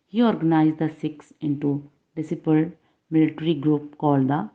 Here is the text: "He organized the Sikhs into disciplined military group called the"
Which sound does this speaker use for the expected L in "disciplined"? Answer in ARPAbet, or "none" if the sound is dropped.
none